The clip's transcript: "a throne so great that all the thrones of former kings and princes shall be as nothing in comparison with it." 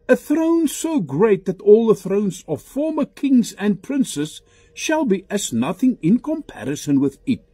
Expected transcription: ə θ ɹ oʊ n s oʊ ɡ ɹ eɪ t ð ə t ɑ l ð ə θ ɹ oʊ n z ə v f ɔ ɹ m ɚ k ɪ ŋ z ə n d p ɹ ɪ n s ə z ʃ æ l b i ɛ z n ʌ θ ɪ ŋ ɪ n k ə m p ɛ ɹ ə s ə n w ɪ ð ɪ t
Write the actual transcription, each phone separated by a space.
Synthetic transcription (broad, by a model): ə θ ɹ oʊ n s oʊ ɡ ɹ eɪ t ð ə t ɑ l ð ə θ ɹ oʊ n z ə v f ɔ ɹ m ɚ k ɪ ŋ z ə n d p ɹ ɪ n s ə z ʃ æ l b i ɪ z n ʌ θ ɪ ŋ ɪ n k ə m p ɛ ɹ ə s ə n w ɪ ð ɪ t